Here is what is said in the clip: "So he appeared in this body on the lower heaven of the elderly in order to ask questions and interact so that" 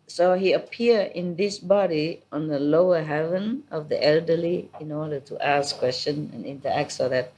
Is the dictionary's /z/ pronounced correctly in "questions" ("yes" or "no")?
no